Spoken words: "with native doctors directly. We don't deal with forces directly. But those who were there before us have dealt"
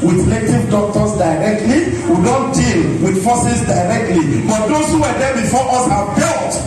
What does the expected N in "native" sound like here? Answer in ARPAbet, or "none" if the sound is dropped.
L